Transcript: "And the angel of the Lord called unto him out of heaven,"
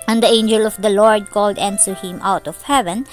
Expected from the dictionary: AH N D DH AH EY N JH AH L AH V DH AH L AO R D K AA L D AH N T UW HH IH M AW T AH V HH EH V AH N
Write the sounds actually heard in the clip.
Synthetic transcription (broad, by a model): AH N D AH EY N JH AH L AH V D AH L AO R D K AA L D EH N S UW HH IH M AW T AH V HH EH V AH N